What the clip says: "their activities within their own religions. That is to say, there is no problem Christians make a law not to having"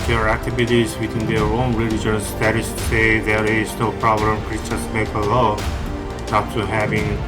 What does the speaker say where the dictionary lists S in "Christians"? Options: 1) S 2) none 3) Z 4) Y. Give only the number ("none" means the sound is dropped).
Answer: 2